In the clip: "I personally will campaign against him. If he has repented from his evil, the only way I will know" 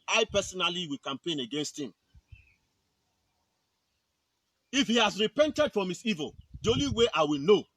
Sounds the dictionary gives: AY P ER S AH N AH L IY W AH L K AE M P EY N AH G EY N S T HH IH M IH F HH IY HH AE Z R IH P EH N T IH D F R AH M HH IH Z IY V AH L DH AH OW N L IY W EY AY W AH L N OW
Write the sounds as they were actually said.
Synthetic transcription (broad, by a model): AY P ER S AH N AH L IY W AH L K AE M P EY N AH G EY N S T HH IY M IH F HH IY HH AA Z R IH P EH N T IH D F R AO M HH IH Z IY V AH L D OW L IY W EY AY W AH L N OW